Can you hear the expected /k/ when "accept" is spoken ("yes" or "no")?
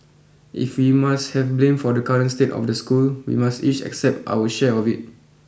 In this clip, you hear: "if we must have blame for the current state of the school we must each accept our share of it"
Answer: yes